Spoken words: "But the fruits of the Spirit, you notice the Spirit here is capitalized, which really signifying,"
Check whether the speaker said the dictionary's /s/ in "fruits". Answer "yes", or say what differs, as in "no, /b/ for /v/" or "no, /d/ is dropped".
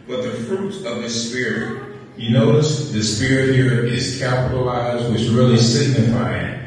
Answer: no, /s/ is dropped